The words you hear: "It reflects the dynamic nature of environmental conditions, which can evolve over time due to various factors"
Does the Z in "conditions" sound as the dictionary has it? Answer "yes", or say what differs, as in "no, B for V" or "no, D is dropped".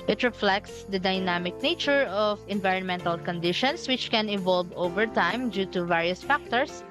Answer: no, S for Z